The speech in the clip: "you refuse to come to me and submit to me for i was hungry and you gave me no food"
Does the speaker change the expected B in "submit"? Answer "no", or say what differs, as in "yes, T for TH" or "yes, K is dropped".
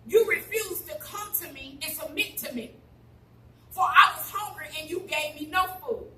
yes, B is dropped